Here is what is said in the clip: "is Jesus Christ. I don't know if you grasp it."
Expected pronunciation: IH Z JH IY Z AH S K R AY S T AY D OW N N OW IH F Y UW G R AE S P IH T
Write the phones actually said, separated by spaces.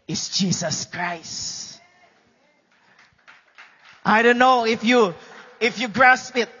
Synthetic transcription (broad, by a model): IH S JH IY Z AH S K R AY S T AY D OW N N OW IH F Y UW G R AE S P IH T